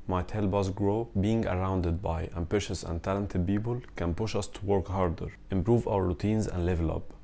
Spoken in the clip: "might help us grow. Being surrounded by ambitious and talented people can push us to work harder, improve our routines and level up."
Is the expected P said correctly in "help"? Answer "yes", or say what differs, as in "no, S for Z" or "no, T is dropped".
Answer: no, B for P